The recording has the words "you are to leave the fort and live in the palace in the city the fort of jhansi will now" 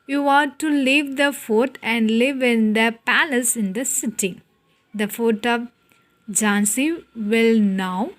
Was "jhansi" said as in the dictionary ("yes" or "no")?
yes